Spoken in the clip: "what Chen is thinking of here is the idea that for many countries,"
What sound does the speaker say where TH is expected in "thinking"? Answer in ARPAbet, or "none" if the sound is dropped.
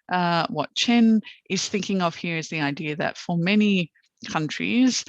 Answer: TH